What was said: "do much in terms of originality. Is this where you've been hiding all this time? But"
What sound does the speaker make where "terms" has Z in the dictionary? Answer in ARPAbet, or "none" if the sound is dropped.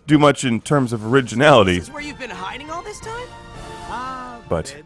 Z